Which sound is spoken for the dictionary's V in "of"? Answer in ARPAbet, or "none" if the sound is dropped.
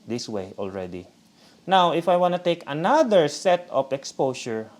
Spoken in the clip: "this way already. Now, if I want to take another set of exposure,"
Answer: P